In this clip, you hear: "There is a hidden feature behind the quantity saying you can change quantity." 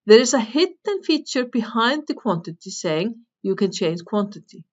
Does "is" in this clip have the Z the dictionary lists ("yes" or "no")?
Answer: no